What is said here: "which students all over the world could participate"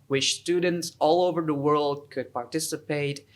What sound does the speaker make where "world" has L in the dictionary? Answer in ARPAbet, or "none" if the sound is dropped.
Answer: L